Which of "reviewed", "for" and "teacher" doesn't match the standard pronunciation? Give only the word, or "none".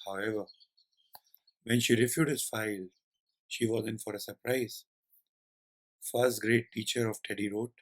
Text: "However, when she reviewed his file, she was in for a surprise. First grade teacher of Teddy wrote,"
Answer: reviewed